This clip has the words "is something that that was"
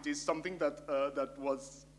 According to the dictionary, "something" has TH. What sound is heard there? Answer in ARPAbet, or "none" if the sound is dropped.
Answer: T